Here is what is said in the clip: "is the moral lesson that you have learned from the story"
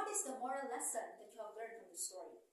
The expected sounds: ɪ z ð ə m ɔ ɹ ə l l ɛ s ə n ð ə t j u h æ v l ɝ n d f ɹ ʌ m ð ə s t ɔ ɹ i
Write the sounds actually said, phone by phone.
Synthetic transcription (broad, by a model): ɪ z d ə m ɔ ɹ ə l l ɛ s ə n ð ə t j u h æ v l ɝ d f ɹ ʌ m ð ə s t ɔ ɹ i